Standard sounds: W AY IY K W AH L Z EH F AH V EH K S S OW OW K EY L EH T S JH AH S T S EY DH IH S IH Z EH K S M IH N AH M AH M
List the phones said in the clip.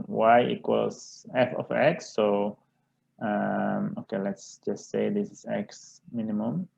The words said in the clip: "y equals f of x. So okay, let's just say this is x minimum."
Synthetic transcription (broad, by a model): W AY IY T W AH Z EH F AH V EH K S S OW OW K EY L EH T S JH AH S T S EY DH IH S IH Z EH K S M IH N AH M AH M